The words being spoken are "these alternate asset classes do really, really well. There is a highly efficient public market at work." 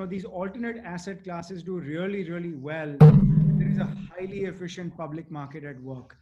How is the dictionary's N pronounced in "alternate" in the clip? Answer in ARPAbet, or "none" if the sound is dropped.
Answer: N